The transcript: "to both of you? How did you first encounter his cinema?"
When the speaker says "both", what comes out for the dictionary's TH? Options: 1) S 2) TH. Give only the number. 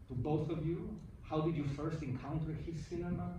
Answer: 2